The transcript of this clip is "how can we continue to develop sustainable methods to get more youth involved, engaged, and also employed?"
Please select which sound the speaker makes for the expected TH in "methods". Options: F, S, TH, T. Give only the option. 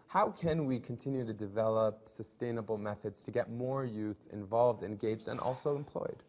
TH